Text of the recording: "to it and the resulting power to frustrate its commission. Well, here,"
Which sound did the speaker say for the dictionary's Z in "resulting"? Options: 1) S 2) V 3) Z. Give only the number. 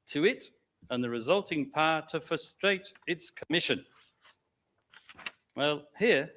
3